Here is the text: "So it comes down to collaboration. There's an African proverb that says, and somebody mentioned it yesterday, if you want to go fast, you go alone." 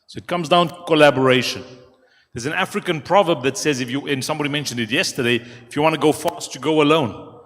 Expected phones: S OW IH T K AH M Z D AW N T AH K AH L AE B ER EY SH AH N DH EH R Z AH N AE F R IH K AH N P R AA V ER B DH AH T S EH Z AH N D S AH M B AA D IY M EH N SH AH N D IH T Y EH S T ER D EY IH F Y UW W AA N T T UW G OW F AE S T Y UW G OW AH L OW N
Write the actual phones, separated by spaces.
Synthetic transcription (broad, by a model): S OW IH T K AH M Z D AW N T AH K AH L AE B ER EY SH AH N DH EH Z AH N AE F R IH K AH N P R AA V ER B DH AH T S EH Z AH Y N S AH M B AA D IY M EH N SH AH N D IH T Y EH S T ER D EY IH F Y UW W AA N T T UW G OW F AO S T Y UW G OW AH L OW N